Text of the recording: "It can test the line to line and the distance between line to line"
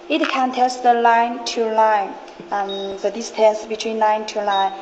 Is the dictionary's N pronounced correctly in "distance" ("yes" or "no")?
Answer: no